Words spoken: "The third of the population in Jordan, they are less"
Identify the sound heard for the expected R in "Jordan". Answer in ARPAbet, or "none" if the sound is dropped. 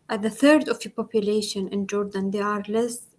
R